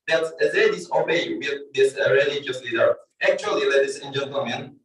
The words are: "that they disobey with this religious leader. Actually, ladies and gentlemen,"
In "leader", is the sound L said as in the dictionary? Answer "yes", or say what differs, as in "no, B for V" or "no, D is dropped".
yes